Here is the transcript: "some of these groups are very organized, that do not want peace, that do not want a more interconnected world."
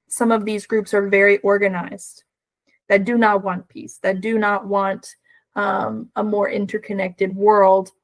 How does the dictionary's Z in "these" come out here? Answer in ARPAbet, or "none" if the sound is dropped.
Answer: Z